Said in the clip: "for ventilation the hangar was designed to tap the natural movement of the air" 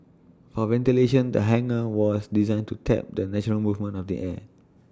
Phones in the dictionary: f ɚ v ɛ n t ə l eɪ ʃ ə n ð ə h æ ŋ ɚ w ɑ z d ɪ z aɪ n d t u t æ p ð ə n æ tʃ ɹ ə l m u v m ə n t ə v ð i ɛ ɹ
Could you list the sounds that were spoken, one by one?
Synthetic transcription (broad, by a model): f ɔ v ɛ n t ə l eɪ ʃ ə n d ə h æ ŋ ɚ w ɑ s d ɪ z aɪ n t u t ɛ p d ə n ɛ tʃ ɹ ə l m u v m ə n ə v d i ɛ